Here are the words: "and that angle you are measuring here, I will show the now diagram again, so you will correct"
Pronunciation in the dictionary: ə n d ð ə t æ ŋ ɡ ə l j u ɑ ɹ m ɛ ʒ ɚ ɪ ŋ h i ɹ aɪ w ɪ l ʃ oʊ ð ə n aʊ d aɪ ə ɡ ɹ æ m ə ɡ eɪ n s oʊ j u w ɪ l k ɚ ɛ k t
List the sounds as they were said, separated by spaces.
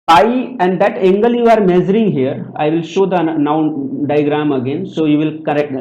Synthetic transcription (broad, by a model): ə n d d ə t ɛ ŋ ɡ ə l j u ɑ ɹ m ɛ z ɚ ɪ ŋ h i ɹ aɪ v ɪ l ʃ oʊ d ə n aʊ d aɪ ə ɡ ɹ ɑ m ə ɡ eɪ n s oʊ j u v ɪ l k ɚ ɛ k t